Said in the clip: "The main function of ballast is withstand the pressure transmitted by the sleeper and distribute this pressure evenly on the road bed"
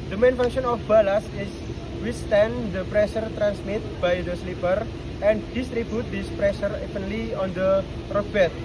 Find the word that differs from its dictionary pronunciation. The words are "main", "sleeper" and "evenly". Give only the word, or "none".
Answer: evenly